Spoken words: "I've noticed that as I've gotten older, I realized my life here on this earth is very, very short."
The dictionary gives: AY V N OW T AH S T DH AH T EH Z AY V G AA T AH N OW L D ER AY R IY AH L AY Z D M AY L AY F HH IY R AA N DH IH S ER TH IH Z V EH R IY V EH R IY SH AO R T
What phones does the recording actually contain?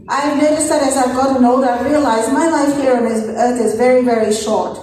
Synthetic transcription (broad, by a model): AY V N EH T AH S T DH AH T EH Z AY V G AA T AH N OW D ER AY R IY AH L AY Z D M AY L AY F HH IY R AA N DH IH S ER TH IH Z V EH R IY V EH R IY SH AO R T